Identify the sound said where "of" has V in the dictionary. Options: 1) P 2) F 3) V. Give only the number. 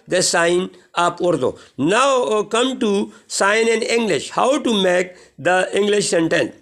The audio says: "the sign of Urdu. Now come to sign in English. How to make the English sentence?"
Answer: 1